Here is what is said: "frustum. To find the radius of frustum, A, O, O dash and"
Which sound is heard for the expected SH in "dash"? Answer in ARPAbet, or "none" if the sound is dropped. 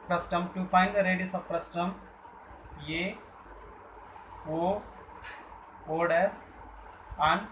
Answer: S